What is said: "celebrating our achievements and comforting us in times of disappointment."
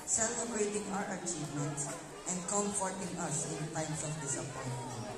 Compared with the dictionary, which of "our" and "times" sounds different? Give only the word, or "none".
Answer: times